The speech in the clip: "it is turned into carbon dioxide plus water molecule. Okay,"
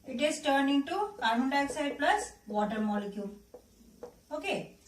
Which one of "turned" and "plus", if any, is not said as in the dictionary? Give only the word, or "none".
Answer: turned